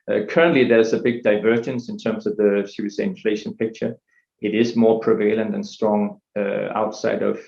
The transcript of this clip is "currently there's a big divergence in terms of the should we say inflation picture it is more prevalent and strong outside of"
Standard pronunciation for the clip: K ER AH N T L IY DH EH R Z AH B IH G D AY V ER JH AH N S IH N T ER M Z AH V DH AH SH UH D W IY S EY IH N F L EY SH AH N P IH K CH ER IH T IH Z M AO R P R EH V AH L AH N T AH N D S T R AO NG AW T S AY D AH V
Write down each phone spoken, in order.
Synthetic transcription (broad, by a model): K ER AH N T L IY DH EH R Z AH B IH G D AY V ER JH AH N S IH N T ER M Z AH V DH AH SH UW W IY S EY IH N F L EY SH AH N P IH K CH ER IH T IH Z M AO R P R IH V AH L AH N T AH N S T R AO NG AW T S AY D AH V